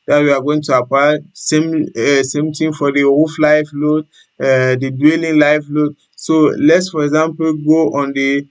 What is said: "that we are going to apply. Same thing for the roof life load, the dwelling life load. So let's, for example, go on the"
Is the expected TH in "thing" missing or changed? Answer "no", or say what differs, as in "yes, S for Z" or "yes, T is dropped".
yes, T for TH